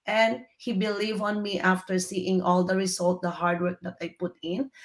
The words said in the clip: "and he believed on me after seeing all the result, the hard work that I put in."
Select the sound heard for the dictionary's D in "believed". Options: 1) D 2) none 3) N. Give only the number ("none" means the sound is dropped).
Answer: 2